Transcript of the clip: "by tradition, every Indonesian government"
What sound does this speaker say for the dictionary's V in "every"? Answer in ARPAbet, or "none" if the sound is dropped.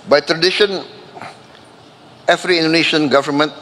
F